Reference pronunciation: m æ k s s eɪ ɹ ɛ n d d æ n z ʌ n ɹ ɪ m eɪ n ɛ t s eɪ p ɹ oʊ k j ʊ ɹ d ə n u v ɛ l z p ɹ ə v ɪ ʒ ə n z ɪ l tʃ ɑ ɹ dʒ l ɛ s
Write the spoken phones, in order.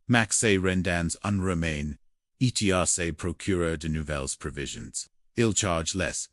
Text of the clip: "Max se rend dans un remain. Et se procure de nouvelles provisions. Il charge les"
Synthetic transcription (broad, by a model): m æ k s s eɪ ɹ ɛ n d d æ n z ʌ n ɹ ɪ m eɪ n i t s eɪ p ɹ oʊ k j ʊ ɹ d ə n u v ɛ l z p ɹ ə v ɪ ʒ ə n z ɪ l tʃ ɑ ɹ dʒ l ɛ s